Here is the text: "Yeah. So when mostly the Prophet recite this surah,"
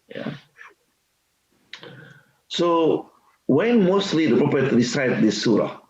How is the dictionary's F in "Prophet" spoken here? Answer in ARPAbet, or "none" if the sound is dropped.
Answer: P